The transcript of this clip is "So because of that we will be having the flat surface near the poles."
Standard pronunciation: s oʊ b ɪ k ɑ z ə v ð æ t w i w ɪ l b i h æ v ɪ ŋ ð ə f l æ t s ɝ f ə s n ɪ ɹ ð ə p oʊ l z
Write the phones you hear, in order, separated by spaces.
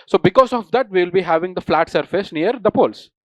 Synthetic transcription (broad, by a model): s oʊ b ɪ k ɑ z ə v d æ t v i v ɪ l b i h æ v ɪ ŋ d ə f l æ t s ɝ f ə s n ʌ ɹ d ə p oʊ l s